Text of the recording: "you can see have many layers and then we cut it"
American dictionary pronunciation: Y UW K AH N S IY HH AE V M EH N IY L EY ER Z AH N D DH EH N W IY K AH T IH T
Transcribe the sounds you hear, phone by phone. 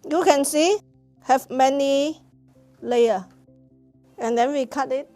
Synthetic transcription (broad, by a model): Y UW K AH N S IY HH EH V M EH N IY L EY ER AH N D EH N W IY K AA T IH T